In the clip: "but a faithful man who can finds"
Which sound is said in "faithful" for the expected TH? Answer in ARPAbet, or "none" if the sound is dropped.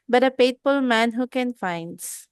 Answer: T